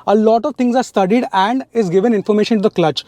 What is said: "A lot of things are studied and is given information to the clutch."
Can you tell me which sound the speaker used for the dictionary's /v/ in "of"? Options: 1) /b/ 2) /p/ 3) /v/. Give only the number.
3